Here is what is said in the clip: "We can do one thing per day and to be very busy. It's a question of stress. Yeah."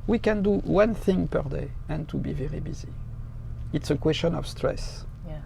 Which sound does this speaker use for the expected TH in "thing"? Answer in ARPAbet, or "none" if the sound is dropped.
TH